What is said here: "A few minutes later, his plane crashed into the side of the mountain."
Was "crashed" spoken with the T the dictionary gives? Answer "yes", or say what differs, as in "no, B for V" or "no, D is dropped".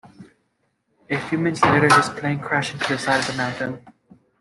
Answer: no, T is dropped